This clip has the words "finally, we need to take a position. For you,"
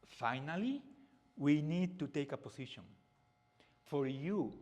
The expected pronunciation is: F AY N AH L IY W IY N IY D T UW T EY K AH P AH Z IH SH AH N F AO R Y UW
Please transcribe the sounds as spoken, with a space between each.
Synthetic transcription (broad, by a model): F AY N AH L IY W IY N IY D T UW T EY K AH P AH S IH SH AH N F AO R Y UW